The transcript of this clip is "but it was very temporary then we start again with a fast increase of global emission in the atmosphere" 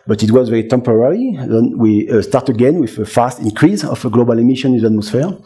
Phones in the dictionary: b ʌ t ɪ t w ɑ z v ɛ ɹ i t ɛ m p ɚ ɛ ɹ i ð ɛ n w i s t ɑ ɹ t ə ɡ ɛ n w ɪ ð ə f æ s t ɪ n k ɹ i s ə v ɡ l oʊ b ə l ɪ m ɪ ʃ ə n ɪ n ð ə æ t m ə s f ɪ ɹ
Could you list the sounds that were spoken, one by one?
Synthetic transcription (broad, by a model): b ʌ t ɪ t w ɑ z v ɛ ɹ i t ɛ m p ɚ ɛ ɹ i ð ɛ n w i s t ɑ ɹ t ə ɡ ɛ n w ɪ ð ə f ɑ s t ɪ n k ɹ i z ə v ɡ l oʊ b ə l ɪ m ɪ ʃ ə n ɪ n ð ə t m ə s f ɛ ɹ